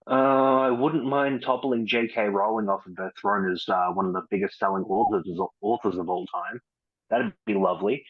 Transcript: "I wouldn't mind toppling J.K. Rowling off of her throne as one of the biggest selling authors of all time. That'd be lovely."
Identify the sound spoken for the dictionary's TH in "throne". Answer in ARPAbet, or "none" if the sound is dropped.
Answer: TH